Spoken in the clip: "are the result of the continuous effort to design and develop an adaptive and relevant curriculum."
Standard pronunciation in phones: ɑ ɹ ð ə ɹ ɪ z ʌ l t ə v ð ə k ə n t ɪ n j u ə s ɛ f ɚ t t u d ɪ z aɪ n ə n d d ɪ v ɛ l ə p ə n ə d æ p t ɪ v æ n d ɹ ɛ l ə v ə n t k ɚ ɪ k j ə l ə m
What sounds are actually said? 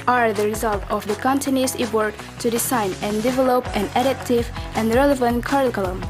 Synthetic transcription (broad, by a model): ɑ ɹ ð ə ɹ ɪ z ʌ l t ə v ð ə k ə n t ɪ n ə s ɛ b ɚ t t u d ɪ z aɪ n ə n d d ɪ v ɛ l ə p ə n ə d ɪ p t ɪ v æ n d ɹ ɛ l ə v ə n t k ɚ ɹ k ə l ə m